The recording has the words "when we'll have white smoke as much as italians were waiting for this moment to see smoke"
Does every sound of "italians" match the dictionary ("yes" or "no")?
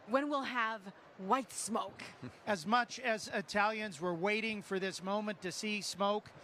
yes